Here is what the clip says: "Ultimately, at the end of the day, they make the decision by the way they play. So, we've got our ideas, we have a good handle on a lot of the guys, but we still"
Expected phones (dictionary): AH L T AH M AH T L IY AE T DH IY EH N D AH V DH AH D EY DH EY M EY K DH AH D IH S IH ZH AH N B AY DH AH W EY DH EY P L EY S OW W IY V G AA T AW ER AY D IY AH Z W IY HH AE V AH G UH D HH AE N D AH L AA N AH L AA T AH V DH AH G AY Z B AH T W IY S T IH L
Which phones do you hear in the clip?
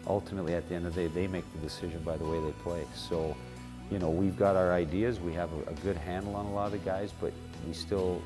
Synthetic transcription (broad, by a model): AH L T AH M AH T L IY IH T DH IY EH N D AH V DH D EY DH EY M EY K DH AH D IH S IH ZH AH N B AY DH AH W EY DH EY P L EY S OW W IY V G AA T AW ER AY D IY AH Z W IY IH V AH G UH D HH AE N D L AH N AH L AA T AH V G AY Z B AH T W IY S T IH L